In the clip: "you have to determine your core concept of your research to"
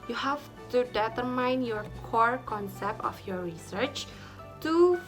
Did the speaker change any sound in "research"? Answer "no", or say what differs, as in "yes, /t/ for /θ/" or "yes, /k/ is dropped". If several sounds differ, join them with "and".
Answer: no